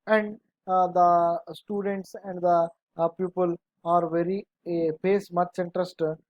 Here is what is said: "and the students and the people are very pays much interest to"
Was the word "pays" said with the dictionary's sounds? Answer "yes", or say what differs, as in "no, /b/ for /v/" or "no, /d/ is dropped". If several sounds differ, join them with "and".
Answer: no, /s/ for /z/